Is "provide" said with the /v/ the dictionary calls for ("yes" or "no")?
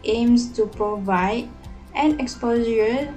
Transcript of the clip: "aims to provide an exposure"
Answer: yes